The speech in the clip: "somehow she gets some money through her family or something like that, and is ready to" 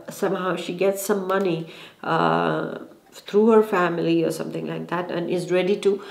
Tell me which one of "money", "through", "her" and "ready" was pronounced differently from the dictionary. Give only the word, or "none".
through